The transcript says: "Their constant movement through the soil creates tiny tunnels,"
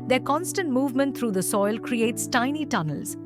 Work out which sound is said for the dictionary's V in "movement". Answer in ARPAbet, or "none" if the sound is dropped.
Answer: V